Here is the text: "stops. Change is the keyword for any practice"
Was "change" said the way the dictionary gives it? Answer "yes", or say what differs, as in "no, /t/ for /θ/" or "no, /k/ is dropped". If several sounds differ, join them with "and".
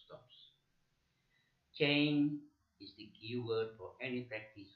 no, /dʒ/ is dropped